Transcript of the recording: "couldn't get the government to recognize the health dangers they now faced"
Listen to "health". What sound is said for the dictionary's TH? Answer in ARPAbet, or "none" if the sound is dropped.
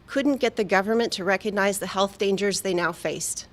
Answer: TH